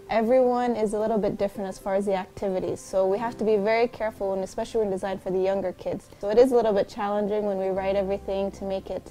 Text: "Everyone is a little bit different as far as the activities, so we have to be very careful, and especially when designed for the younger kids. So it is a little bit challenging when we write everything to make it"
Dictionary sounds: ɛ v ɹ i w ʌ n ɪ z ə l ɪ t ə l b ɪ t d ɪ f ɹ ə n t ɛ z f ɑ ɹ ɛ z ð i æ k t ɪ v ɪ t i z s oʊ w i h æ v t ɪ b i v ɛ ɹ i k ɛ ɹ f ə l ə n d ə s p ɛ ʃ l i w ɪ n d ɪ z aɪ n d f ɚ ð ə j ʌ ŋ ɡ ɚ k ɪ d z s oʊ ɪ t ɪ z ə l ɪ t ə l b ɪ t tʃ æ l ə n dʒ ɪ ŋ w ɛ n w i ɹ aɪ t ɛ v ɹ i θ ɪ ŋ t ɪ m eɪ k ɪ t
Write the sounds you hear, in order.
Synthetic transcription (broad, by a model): ɛ v ɹ i w ʌ n ɪ z ə l ɪ t l b ɪ t d ɪ f ɹ ə n t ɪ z f ɑ ɹ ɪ z ð i æ k t ɪ v ɪ t i z s oʊ w i h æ f t ɪ b i v ɛ ɹ i k ɛ ɹ f l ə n ə s p ɛ ʃ l i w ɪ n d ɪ z aɪ n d f ɚ ð ə j ʌ ŋ ɡ ɚ k ɪ d z s oʊ ɪ t ɪ z ə l ɪ t l b ɪ t tʃ æ l ə n dʒ ɪ ŋ w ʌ n w i ɹ aɪ t ɛ v ɹ i θ ɪ ŋ t ɪ m eɪ k ɪ t